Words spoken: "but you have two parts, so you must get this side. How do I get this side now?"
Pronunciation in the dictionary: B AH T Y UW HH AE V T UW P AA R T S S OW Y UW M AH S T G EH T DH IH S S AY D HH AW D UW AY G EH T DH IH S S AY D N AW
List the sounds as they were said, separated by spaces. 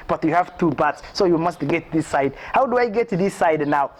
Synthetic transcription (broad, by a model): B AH T Y UW HH AE V T UW B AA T S S OW Y UW M AH S T G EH T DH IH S S AY D HH AW D UW AY G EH T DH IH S S AY D N AW